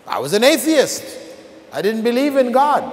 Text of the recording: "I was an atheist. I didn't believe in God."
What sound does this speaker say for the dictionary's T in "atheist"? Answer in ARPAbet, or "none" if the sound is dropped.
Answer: T